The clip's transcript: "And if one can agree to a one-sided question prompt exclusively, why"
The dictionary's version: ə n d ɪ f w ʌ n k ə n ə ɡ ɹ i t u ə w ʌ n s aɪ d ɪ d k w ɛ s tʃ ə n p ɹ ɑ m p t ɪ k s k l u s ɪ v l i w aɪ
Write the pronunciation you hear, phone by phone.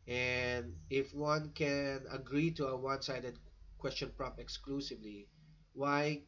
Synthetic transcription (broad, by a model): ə n d ɪ f w ʌ n k ə n ə ɡ ɹ i t u ə w ʌ n s aɪ d ɪ d k w ɛ s tʃ ə n p ɹ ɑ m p ɪ k s k l u s ɪ v l i w aɪ